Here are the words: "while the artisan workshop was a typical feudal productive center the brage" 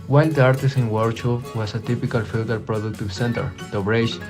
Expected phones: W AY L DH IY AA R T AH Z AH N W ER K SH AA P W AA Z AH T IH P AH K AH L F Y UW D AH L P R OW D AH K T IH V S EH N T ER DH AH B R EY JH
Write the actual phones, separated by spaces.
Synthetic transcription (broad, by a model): W AY L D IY AA R T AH S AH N W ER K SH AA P W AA S AH T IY P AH K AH L F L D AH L P R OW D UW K T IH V S EH N T ER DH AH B R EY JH